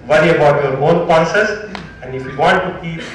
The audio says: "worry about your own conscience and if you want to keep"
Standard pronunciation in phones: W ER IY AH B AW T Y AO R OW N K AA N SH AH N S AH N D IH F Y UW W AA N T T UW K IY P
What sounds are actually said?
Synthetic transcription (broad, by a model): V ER IY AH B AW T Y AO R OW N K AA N S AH S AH N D IH F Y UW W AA N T T UW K IY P